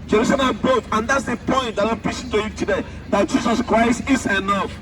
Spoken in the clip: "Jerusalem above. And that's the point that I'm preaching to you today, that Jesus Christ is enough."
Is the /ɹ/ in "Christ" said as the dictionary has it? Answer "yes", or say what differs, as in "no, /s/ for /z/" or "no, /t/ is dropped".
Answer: yes